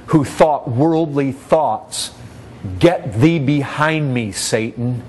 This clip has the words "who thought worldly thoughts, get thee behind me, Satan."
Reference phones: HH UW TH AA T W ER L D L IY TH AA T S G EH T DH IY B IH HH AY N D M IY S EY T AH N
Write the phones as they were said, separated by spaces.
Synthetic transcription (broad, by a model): HH UW TH AA T W ER L D L IY TH AA T S G EH T DH IY B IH HH AY N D M IY S EY T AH N